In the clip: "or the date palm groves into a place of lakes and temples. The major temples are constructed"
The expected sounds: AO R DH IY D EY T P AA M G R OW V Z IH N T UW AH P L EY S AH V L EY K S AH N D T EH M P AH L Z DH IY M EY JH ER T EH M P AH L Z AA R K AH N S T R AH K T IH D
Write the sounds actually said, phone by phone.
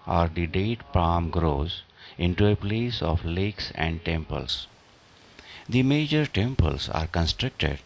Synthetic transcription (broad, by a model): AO R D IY D EY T P AA M G R OW Z IH N T UW AH P L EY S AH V L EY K S AH N D T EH M P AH L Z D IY M EY JH ER T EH M P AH L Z AA R K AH N S T R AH K T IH D